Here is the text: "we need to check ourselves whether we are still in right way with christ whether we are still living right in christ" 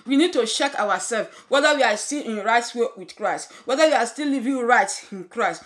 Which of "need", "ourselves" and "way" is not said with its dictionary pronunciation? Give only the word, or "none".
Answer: ourselves